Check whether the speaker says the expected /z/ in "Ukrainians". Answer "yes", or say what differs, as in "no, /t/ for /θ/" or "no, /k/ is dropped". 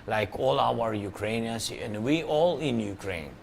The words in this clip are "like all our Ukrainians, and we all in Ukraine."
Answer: no, /s/ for /z/